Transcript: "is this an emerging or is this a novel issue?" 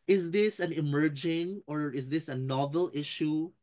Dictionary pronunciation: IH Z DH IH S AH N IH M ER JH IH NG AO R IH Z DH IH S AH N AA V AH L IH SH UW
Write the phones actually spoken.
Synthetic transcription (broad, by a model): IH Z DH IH S AH N IH M ER JH IH NG AO R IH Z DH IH S AH N AA V AH L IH SH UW